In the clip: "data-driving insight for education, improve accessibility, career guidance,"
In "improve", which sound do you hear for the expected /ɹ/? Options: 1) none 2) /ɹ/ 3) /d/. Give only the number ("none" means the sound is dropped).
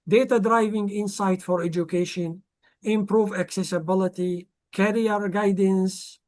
2